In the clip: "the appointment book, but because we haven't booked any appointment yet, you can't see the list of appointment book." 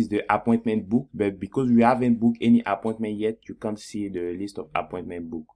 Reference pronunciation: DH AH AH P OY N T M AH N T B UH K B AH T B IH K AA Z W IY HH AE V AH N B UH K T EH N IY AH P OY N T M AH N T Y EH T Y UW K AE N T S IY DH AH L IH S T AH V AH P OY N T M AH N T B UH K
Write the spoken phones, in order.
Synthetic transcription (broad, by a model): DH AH AH P OY N T M AH N T B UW K B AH T B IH K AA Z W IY HH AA V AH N B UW K EH N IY AH P OY N T M AH N T Y EH T Y UW K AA N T S IY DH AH L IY S T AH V AH P OY N T M AH N T B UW K